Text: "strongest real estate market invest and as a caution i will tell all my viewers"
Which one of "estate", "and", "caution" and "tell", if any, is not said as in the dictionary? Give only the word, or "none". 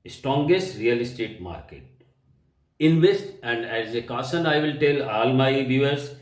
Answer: caution